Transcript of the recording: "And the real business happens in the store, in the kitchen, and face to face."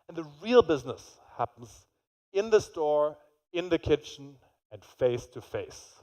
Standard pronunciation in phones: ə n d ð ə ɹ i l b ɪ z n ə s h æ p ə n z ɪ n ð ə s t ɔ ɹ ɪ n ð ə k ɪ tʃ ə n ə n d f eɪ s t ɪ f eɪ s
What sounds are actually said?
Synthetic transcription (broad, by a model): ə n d ð ə ɹ i l b ɪ z n ə s h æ p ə n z ɪ n ð ə s t ɔ ɹ ɪ n ð ə k ɪ tʃ n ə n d f eɪ s t ɪ f eɪ s